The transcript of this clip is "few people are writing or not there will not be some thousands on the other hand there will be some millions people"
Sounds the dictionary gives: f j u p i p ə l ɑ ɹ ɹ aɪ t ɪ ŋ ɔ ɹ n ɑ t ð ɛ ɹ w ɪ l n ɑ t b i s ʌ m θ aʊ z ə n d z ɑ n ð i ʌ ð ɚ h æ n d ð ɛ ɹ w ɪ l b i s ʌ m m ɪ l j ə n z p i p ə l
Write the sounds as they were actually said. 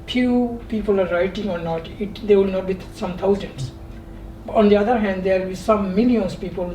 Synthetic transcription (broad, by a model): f j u p i p ə l ɑ ɹ ɹ aɪ t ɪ ŋ ɔ ɹ n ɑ t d ɛ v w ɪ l n ɑ t b i s ʌ m t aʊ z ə n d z ɑ n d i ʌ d ɚ h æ n d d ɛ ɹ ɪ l b i s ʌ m m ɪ l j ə n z p i p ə l